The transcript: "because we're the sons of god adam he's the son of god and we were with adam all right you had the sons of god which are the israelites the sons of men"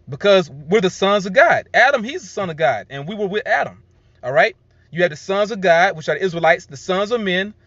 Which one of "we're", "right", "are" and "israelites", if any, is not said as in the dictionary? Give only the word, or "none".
none